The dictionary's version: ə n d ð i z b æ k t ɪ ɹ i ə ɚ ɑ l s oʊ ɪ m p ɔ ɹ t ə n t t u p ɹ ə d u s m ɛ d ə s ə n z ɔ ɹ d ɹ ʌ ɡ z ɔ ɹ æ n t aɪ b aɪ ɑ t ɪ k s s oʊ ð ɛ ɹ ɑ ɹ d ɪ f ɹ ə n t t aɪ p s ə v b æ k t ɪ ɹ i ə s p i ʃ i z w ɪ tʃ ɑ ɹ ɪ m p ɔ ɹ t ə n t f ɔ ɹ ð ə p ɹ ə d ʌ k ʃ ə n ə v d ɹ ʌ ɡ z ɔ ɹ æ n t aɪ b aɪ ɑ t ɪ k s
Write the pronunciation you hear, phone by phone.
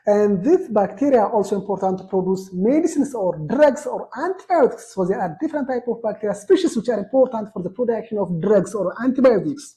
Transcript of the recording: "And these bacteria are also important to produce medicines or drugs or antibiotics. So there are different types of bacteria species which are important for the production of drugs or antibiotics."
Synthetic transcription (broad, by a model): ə n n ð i s b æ k t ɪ ɹ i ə ɑ l s oʊ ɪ m p ɔ ɹ t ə n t t u p ɹ ə d u s m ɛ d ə s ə n s ɔ ɹ d ɹ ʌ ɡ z ɔ ɹ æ n t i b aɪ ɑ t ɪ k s s oʊ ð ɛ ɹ ɑ ɹ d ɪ f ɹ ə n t t aɪ p ə v b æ k t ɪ ɹ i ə s p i ʃ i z w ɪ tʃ ɑ ɹ ɪ m p ɔ ɹ t ə n t f ɔ ɹ ð ə p ɹ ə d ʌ k ʃ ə n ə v d ɹ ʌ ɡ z ɔ ɹ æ n t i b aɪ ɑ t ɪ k s